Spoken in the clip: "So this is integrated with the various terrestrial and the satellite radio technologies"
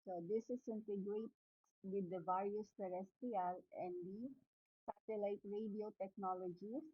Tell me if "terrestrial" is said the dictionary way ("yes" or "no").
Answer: no